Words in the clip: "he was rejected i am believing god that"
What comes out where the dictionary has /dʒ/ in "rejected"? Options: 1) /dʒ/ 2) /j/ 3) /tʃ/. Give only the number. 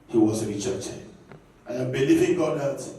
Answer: 3